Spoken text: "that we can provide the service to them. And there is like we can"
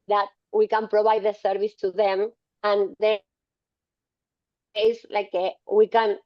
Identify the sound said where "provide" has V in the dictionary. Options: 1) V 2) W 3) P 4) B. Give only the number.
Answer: 4